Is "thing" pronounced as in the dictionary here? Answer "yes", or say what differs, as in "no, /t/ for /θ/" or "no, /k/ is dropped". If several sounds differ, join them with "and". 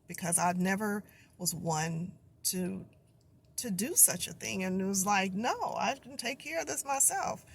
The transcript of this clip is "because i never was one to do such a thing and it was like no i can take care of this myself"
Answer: yes